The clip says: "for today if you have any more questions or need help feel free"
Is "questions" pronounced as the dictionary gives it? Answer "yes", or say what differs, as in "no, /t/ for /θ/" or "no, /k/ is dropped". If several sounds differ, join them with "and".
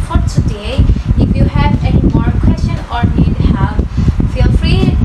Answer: no, /z/ is dropped